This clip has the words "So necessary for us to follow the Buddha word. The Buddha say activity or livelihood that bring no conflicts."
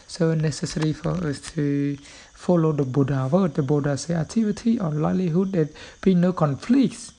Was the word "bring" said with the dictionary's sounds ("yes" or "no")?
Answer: no